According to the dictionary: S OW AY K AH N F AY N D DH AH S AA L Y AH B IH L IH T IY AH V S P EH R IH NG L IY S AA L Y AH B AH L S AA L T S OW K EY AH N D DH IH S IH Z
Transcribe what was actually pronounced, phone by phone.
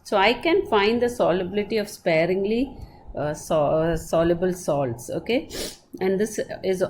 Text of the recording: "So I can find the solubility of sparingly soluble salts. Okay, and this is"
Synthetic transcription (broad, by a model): S OW AY K AH N F AY N D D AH S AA L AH B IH L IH T IY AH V S P EH R IH NG L IY S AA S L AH B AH L S AA L T S OW K EY AH N D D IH S IH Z